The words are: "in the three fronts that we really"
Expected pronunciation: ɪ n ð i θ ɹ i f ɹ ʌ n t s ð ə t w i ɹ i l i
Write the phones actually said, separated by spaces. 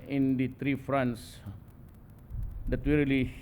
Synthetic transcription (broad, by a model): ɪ n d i t ɹ i f ɹ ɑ n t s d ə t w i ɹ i l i